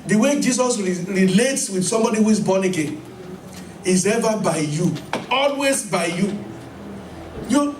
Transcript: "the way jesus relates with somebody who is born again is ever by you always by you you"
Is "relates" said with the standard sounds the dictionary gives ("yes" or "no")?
yes